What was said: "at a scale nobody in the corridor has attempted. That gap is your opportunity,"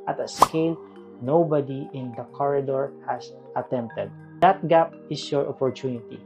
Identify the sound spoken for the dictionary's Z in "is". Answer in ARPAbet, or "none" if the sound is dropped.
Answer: S